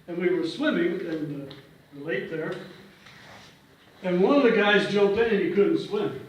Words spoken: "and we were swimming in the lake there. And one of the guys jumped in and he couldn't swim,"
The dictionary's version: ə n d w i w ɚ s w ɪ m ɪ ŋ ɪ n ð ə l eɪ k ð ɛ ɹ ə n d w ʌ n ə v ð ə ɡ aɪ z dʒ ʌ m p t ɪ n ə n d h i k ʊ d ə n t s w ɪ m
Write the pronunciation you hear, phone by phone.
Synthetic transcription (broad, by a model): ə n w i w ɚ s w ɪ m ɪ ŋ ɪ n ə l eɪ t ð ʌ ɹ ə n w ʌ n ə v ð ə ɡ aɪ z dʒ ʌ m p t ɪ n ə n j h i k ʊ d n t s w ɪ m